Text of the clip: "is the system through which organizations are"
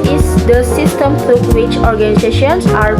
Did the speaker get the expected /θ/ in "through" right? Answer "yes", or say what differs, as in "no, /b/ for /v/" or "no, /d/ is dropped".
no, /t/ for /θ/